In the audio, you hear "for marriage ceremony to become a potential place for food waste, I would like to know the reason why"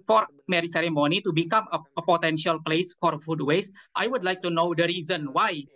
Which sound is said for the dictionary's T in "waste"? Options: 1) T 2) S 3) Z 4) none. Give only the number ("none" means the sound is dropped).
1